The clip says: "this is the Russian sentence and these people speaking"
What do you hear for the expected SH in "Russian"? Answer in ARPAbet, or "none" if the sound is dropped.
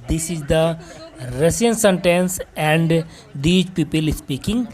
S